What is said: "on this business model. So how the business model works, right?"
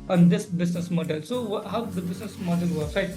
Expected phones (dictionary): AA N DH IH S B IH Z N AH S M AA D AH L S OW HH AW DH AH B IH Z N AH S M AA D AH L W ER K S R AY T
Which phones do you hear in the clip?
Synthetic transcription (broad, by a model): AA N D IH S B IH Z N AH S M AA D AH L S OW HH AW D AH B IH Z N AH S M AA D AH L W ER S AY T